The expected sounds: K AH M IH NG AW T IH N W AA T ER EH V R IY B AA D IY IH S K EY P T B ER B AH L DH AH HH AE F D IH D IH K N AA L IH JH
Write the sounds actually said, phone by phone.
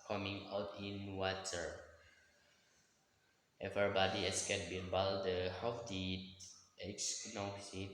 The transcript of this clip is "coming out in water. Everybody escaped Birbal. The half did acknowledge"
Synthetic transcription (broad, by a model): K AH M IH NG AW T IH N W AA T ER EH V IY B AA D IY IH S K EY T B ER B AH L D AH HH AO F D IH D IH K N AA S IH